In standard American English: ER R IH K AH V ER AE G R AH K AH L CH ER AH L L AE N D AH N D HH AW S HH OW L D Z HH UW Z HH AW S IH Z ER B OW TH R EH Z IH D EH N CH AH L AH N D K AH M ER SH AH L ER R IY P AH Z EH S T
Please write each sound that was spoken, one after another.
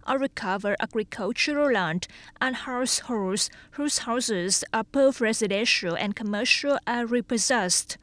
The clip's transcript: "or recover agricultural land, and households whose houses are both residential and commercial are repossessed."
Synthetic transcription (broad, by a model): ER R IH K AH V ER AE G R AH K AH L CH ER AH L L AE N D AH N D HH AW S HH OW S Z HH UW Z HH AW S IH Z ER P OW F R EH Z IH D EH N SH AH L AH N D K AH M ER SH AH L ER R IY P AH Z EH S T